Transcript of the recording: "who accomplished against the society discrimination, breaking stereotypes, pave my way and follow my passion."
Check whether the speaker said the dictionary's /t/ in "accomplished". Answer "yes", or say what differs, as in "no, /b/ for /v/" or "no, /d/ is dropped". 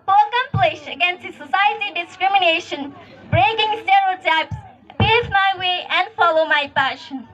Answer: no, /t/ is dropped